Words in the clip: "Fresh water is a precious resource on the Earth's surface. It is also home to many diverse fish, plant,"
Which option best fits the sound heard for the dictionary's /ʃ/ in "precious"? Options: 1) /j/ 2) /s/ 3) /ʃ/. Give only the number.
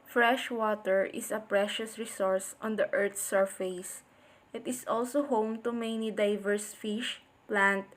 3